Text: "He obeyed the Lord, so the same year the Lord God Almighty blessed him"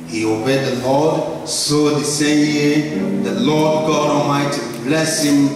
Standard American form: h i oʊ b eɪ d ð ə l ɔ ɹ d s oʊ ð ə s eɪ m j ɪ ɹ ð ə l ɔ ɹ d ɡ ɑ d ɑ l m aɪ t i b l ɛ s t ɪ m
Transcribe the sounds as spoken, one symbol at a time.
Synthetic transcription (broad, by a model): h i oʊ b eɪ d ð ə l ɔ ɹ d s oʊ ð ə s eɪ m j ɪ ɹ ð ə l ɔ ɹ d ɡ ɑ d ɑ m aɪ t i b l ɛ s ɪ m